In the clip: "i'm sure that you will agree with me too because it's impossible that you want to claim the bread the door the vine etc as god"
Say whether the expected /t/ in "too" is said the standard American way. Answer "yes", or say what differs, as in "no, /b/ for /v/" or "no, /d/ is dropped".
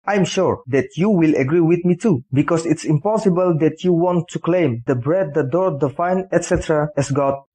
yes